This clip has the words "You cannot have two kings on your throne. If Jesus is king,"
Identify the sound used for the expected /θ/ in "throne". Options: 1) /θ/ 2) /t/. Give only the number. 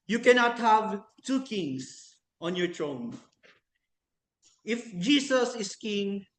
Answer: 2